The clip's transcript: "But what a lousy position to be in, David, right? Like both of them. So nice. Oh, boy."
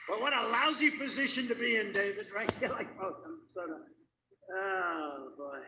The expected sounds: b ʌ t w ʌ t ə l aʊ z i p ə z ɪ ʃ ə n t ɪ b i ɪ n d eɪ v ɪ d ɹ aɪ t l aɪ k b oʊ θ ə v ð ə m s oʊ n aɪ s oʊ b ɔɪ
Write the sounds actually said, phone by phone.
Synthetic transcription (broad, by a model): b ʌ t w ʌ t ə l aʊ z i p ə z ɪ ʃ ə n t ɪ b i ɪ n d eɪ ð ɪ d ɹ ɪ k l aɪ k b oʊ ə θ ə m s oʊ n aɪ oʊ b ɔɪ